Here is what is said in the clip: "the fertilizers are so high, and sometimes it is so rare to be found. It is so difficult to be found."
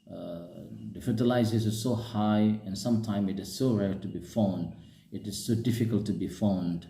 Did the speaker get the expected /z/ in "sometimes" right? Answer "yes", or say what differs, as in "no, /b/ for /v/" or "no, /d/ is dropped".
no, /z/ is dropped